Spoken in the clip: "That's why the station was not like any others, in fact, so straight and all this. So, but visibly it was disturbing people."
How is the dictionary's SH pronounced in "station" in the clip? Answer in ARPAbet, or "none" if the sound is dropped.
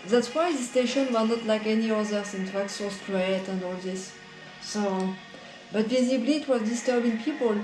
SH